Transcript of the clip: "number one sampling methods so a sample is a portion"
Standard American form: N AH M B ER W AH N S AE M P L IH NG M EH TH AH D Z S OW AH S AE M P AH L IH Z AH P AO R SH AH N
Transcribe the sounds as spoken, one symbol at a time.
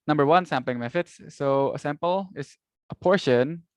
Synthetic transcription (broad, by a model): N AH M B ER W AH N S AE M P L IH NG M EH F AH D S OW AH S AE M P AH L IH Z AH P AO R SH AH N